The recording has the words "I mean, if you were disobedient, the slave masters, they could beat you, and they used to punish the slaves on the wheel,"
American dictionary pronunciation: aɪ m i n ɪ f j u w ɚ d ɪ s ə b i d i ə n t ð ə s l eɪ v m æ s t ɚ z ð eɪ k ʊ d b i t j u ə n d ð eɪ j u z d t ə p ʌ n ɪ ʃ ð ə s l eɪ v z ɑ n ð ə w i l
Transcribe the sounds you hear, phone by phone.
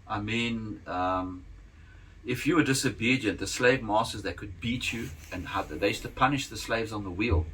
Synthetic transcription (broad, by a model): aɪ m i n ɪ f j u w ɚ d ɪ s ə b i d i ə n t ð ə s l eɪ v m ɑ s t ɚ z ð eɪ k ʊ d b i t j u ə n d ð eɪ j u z t ə p ʌ n ɪ ʃ ð ə s l eɪ v z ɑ n ð ə w i l